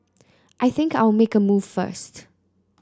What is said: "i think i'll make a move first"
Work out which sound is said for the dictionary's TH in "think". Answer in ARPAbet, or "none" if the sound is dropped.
TH